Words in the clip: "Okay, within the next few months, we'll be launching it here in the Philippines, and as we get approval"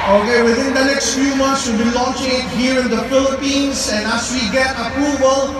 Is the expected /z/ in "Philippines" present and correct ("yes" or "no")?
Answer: no